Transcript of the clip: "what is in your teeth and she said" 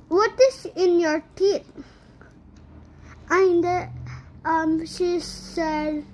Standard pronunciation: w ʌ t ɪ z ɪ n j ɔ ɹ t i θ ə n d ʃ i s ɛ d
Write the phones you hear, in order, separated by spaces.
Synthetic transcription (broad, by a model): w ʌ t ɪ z ɪ n j ɔ ɹ t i t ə n d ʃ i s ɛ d